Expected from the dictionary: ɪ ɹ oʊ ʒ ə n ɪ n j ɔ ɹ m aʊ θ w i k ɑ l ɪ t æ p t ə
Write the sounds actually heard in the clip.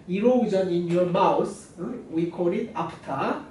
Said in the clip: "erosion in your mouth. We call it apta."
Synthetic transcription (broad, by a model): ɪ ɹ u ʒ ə n ɪ n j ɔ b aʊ s w i k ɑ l ɪ t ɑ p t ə